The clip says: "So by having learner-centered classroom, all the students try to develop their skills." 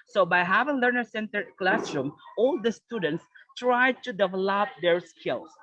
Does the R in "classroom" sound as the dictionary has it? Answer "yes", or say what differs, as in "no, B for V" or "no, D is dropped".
yes